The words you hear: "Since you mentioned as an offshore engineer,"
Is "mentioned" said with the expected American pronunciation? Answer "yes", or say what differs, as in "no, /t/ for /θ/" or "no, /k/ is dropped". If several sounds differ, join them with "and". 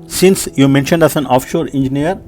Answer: yes